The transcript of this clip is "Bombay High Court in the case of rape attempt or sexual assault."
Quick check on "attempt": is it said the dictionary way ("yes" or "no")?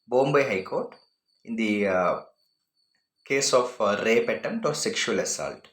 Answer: no